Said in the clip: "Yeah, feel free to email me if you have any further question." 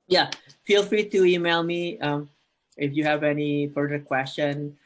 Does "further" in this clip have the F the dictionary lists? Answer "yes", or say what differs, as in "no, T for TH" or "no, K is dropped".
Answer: no, P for F